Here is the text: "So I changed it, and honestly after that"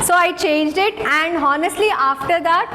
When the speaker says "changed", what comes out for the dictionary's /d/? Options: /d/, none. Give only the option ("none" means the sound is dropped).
/d/